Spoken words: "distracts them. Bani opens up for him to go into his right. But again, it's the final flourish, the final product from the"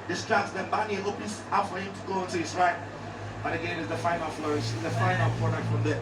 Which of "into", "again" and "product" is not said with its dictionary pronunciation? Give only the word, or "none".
product